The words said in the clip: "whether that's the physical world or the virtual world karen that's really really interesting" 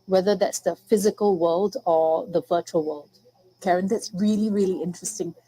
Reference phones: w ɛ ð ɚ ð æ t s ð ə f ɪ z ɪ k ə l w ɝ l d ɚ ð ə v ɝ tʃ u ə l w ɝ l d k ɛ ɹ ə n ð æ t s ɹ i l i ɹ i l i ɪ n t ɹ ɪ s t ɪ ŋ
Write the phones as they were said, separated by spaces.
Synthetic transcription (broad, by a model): w ɛ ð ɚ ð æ t s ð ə f ɪ z ɪ k ə l w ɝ l d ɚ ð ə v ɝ tʃ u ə l w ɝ l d k ɛ ɹ ə n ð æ t s ɹ i l i ɹ i l i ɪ n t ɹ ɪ s t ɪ ŋ